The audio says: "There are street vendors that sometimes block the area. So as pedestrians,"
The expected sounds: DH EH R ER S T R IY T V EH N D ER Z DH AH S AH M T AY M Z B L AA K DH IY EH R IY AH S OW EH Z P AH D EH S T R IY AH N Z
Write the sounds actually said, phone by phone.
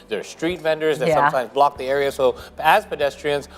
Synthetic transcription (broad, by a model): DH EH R S T R IY T V EH N D ER Z DH AH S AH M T AY M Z B L AA K DH IY EH R IY AH S OW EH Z P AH D EH S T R IY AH N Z